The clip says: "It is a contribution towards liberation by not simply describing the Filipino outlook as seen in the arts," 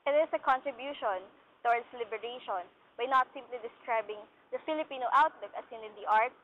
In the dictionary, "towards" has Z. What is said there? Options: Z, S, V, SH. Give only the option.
S